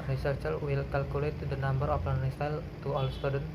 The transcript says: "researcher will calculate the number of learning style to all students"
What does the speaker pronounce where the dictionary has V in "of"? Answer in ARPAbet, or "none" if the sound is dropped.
P